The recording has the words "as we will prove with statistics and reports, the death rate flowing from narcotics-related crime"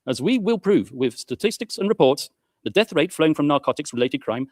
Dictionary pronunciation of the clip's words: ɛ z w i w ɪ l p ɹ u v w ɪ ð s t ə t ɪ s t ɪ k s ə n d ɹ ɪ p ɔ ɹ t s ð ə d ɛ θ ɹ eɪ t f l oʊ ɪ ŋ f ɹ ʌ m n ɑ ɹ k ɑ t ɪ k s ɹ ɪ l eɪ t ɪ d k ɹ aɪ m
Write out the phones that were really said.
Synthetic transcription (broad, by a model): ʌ z w i w ɪ l p ɹ u v w ɪ ð s t ə t ɪ s t ɪ k s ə n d ɹ ɪ p ɔ ɹ t s ð ə d ɛ θ ɹ eɪ t f l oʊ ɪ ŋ f ɹ ʌ m n ɑ ɹ k ɑ t ɪ k s ɹ ɪ l eɪ t ɪ d k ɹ aɪ m